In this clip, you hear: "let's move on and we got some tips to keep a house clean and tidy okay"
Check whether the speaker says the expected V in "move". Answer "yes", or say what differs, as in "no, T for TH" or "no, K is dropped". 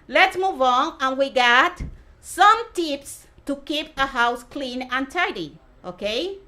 yes